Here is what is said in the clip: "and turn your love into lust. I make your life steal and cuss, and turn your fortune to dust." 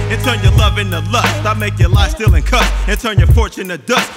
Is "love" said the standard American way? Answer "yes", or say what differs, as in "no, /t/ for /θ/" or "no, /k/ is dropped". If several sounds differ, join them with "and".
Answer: yes